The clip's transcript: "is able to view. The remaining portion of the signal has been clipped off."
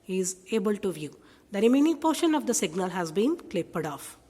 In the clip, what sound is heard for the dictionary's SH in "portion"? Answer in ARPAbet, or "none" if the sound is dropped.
SH